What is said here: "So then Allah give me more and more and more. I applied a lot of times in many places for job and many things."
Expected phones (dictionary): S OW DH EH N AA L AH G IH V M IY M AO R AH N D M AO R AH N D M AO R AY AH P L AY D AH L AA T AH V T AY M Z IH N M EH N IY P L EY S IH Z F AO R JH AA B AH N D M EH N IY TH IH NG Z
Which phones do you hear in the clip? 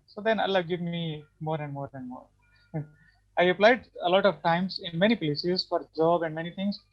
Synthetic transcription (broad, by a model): S OW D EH N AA L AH G IH V M IY M AO R AH N D M AO R AH N D M AO R AY AH P L AY D AH L AA T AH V T AY M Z IH N M EH N IY P L EY S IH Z F AO R JH AA B AH N D M EH N IY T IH NG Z